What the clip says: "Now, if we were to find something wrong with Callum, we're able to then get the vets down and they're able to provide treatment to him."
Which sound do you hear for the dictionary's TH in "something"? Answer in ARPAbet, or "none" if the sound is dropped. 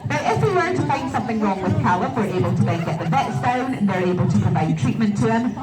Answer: TH